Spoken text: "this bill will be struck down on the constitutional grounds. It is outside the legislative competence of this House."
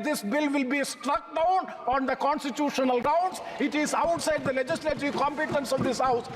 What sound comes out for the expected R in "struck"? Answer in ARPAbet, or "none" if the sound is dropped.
R